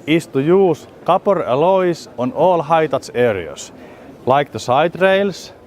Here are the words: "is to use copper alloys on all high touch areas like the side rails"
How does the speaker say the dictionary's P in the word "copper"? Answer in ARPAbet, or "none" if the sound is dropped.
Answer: P